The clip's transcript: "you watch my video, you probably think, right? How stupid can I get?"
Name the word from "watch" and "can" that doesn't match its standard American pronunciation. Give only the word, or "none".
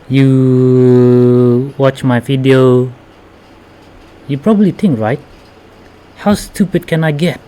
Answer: none